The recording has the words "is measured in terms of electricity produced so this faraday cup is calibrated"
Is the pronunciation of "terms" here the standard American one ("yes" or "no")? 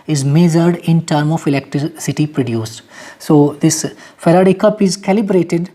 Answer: no